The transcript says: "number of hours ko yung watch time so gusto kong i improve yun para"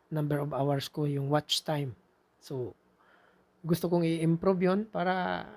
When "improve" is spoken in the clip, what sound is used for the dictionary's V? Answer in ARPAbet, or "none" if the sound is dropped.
B